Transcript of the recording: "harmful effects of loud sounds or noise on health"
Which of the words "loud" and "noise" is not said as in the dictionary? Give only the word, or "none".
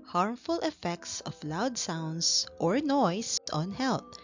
noise